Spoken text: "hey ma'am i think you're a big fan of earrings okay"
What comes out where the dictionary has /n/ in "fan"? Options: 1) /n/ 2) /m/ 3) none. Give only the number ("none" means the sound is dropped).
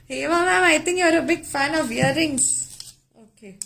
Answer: 1